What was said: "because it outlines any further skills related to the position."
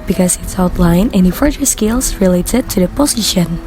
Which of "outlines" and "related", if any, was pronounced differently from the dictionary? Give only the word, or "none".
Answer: outlines